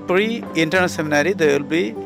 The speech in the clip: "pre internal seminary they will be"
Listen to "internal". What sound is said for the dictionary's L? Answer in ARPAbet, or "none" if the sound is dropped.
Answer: N